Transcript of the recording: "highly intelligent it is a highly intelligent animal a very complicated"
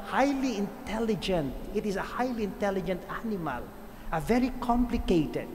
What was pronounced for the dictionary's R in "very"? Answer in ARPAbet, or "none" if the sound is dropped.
R